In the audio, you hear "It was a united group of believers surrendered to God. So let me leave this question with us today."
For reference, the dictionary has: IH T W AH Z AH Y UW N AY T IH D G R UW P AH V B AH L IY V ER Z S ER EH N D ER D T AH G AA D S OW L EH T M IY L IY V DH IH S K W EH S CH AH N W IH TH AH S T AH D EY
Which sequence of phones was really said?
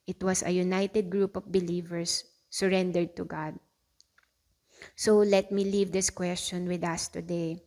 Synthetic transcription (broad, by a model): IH T W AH S AH Y UW N AY T IH D G R UW P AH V B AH L IY V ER S ER EH N D ER D T AH G AA D S OW L EH T M IY L IY V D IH S K W EH S CH AH N W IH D AH S T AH D EY